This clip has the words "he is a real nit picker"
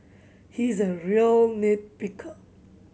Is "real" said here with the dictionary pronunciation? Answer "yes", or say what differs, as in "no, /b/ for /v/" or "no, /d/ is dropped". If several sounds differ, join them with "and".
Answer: yes